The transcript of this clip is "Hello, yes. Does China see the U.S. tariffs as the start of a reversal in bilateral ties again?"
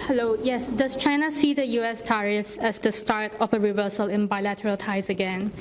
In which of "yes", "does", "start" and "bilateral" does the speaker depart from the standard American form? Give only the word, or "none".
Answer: does